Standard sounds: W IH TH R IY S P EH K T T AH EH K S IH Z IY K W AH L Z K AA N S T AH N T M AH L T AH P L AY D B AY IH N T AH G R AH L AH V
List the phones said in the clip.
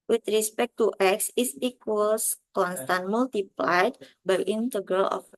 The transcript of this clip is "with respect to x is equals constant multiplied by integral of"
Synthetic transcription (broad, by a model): W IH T R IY S P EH K T T EH K S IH S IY K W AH L S K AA N S T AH N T M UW L T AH P L AY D B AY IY N T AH G R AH L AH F